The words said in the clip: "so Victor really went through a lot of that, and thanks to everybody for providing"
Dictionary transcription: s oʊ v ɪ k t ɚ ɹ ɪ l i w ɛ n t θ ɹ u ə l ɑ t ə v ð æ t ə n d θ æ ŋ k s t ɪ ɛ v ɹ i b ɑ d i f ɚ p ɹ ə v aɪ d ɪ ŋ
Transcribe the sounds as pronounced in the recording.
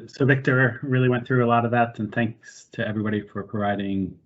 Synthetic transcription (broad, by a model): s oʊ v ɪ k t ɚ ɹ ɪ l i w ɛ n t θ ɹ u ə l ɑ t ə v ð æ t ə n θ æ ŋ k s t ɪ ɛ v ɹ i b ɑ d i f ɚ p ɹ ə v aɪ d ɪ ŋ